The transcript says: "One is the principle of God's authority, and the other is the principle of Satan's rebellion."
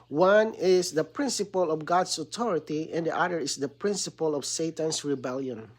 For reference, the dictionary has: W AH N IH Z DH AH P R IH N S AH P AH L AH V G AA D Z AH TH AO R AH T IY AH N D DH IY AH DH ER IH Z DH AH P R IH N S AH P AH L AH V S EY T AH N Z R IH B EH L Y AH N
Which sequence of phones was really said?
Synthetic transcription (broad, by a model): W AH N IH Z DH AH P R IH N S AH P AH L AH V G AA D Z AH T AO R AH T IY AH N D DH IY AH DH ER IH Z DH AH P R IH N S AH P AH L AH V S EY T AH N S R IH B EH L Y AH N